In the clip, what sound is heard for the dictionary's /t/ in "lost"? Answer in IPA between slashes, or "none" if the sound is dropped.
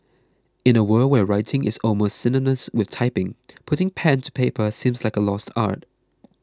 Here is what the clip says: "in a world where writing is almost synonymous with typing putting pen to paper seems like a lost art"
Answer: /t/